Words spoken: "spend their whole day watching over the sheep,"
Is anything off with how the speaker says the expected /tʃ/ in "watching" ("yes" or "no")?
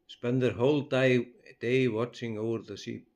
no